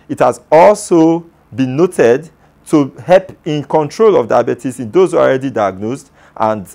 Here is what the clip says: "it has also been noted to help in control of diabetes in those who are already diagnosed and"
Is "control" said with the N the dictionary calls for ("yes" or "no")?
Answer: yes